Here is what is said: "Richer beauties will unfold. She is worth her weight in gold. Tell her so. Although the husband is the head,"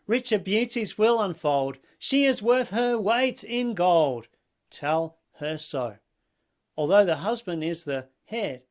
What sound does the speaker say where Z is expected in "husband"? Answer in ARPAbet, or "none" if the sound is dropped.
Z